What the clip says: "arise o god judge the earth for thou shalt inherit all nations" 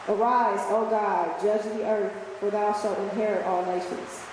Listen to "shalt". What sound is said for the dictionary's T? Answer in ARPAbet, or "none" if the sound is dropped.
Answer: T